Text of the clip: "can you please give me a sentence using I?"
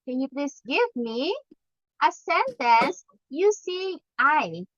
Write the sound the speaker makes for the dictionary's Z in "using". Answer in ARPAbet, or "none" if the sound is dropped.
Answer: S